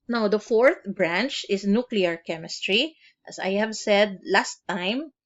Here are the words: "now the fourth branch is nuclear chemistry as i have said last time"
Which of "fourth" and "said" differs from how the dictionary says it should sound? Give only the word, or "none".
none